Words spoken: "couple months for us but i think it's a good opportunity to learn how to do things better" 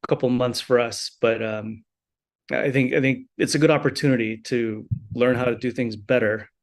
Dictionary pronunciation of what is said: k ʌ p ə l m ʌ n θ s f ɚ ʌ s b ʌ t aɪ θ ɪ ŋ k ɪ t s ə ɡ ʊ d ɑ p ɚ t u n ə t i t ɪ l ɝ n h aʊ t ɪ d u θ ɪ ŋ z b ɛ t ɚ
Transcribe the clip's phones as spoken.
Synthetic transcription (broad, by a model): k ʌ p l m ʌ n θ s f ɚ ʌ s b ʌ t aɪ θ ɪ ŋ k ɪ t s ə ɡ ʊ d ɑ p ɚ t u n ə t i t ɪ l ɝ n h aʊ t ɪ d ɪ θ ɪ ŋ z b ɛ t ɚ